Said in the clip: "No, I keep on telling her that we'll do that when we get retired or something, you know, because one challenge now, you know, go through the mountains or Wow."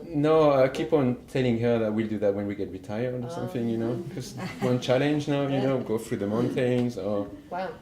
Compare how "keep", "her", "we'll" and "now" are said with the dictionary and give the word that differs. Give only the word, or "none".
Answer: none